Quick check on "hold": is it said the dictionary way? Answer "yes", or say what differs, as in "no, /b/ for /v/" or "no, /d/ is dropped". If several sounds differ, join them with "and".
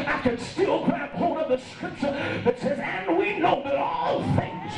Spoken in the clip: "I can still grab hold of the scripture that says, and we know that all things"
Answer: no, /l/ is dropped